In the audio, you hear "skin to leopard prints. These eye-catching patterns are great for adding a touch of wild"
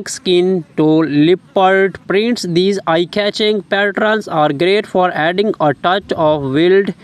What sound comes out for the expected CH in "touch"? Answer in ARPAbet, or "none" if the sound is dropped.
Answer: CH